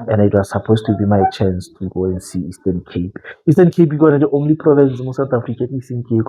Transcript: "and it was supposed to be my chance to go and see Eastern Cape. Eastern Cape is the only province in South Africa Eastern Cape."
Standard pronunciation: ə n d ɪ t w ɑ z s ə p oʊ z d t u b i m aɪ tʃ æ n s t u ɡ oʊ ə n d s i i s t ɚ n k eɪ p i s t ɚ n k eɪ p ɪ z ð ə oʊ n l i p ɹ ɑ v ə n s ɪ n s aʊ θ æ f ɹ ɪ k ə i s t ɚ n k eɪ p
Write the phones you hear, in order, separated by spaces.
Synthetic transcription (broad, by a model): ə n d ɪ t w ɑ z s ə p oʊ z t u b i m aɪ tʃ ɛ n s t u ɡ oʊ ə n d s i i s t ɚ n k eɪ p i s t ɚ n k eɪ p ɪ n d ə oʊ n l i p ɹ ɑ v ə n s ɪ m s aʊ t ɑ f ɹ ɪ k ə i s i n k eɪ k